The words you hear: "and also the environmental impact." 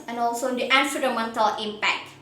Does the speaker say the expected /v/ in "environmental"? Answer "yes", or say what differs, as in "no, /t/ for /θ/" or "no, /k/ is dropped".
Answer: no, /f/ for /v/